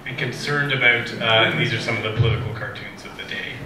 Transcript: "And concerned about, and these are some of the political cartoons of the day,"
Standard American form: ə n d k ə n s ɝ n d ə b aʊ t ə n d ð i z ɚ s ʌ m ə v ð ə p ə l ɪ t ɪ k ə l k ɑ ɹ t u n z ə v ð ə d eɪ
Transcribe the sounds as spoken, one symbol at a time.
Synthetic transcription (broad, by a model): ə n k ə n s ɝ n d ə b aʊ t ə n ð i z ɚ s ʌ m ə v ð ə p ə l ɪ t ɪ k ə l k ɑ ɹ t u n z ə v ð ə d eɪ